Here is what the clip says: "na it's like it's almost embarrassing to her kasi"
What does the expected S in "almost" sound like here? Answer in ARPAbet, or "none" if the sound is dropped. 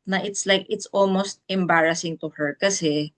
S